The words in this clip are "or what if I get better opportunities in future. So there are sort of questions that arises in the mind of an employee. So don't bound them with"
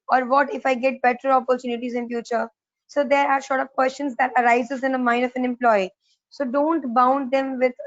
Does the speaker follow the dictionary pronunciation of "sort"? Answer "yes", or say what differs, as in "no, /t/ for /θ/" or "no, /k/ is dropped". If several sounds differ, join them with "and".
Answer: no, /ʃ/ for /s/